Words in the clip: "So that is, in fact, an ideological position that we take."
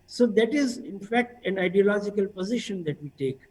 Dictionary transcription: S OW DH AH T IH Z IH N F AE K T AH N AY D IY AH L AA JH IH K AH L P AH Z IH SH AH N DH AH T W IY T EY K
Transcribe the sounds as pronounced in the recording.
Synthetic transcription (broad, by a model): S OW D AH T IH Z IH N F AE K T AH N AY D IY AH L AA JH IH K AH L P AH Z IH SH AH N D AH T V IY T EY K